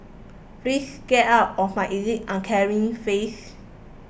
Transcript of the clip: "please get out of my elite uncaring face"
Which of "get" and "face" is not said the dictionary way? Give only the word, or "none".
face